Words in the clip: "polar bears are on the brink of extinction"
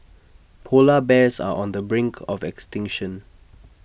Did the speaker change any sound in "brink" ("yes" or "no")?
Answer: no